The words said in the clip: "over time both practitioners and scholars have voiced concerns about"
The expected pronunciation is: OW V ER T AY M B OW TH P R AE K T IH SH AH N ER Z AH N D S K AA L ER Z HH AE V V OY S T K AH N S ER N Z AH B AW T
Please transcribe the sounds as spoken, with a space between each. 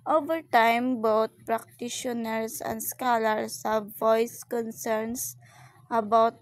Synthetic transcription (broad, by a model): OW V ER T AY M B OW T P R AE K T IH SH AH N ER S AH N D S K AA L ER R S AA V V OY S K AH N S ER N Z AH B AW T